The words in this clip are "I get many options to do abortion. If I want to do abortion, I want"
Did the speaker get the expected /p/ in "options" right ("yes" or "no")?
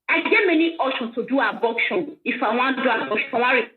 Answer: no